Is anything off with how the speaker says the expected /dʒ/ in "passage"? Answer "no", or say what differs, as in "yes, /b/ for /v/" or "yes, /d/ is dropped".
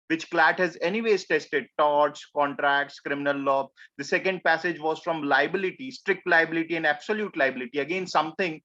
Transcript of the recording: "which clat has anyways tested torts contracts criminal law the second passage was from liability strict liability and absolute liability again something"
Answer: no